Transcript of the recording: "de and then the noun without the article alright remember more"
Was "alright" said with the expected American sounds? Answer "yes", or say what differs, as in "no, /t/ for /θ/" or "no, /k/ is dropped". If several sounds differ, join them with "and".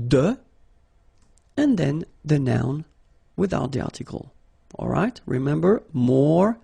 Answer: yes